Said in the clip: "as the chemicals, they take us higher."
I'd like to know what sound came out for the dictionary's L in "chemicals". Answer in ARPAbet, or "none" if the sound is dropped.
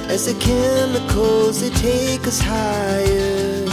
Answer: none